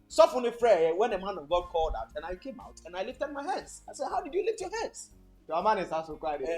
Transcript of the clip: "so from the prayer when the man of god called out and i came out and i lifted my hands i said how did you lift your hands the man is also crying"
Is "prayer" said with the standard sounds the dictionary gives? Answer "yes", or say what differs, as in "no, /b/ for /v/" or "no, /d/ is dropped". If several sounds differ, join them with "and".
no, /f/ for /p/